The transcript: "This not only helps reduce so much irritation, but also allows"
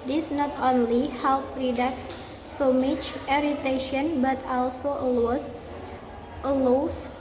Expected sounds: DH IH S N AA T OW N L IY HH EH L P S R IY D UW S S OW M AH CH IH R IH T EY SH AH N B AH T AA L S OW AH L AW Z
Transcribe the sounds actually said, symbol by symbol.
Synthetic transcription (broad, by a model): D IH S N AA T OW N L IY HH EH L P R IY D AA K S OW M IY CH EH R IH T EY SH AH N B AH T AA L S OW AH L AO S